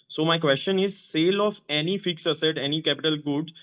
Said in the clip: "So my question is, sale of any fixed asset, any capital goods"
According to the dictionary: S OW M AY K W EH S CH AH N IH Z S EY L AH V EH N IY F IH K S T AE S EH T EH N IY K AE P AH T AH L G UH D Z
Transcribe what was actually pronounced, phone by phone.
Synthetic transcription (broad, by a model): S OW M AY K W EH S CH AH N IH Z S EY L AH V EH N IY F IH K S AH S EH T EH N IY K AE P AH T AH L G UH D